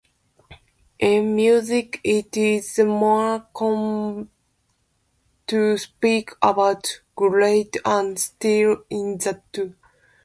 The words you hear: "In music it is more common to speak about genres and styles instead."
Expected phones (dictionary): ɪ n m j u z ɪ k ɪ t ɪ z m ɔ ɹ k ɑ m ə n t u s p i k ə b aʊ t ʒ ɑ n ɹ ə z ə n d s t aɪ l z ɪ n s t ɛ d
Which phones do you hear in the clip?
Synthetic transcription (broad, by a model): ɪ n m j u z ɪ k ɪ t ɪ z m ɔ ɹ k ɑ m t u s p i k ə b aʊ t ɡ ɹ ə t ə n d s t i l ɪ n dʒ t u